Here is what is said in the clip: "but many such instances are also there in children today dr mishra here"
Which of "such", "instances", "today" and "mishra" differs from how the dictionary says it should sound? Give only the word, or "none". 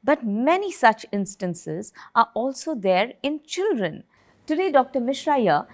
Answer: none